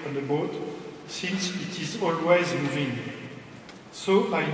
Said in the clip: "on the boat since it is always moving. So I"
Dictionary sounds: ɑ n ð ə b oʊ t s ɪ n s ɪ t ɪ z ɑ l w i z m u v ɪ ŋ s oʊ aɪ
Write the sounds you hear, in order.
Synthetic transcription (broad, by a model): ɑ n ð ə b oʊ t s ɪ n s ɪ t ɪ z ɑ l w i z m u v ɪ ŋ s oʊ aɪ